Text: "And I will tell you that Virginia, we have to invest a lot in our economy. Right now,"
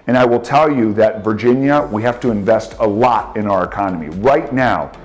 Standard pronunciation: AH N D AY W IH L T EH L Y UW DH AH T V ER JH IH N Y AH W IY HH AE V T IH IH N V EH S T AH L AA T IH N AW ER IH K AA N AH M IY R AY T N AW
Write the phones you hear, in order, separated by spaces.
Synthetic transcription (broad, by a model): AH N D AY W IH L T EH L Y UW DH AH T V ER JH IH N Y AH W IY HH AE F T IH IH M V EH S T AH L AA T IH N AW ER IH K AA N AH M IY R AY T N AW